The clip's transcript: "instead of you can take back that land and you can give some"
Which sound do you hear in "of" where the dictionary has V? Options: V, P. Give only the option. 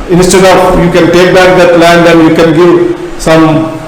P